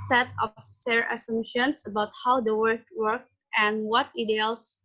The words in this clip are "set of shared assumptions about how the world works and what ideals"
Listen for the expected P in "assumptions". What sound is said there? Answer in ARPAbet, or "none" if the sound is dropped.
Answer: none